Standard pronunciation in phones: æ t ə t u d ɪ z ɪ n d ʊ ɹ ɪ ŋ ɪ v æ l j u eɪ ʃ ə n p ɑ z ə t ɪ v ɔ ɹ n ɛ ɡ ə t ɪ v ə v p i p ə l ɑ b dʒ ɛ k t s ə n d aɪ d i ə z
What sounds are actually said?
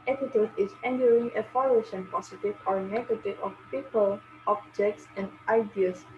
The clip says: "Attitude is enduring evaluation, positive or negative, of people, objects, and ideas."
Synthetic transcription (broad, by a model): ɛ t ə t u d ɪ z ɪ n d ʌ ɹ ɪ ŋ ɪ f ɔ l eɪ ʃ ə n p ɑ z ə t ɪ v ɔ ɹ n ɛ ɡ ə t ɪ v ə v p i p ə l ɑ b dʒ ɛ k t s ə n d aɪ d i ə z